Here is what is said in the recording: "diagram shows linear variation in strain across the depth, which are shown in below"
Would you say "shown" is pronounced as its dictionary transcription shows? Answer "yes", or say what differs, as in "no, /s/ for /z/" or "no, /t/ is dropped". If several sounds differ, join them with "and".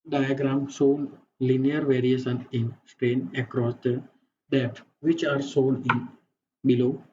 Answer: no, /s/ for /ʃ/